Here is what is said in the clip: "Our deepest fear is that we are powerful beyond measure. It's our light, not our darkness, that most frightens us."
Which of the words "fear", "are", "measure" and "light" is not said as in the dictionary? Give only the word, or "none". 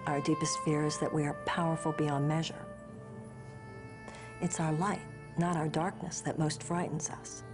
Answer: none